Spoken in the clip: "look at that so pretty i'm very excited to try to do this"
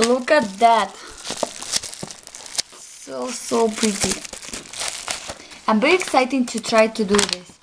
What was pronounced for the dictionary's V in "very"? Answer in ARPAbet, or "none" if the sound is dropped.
B